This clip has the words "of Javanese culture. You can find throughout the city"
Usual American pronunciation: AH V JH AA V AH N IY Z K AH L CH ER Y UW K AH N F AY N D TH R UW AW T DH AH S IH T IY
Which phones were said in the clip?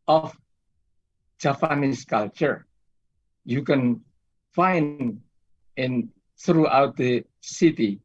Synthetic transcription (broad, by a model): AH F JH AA P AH N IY S K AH L CH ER Y UW K AH N F AY N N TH R UW AW T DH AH S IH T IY